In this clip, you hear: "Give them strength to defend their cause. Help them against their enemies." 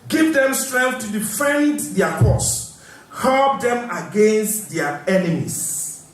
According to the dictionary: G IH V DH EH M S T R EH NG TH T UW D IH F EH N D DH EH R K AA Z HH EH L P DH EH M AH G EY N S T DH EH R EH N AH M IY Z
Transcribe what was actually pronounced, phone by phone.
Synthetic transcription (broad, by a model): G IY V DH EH M S T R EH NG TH T UW D IH F EH N D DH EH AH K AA S HH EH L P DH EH M AH G EY N S T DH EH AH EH N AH M IY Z